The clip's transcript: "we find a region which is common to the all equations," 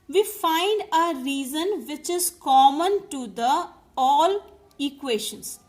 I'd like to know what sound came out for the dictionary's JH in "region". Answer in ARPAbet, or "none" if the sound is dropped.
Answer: Z